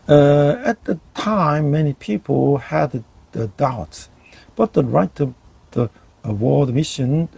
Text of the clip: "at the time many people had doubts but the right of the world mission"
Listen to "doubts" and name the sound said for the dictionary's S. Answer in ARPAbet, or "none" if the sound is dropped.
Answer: S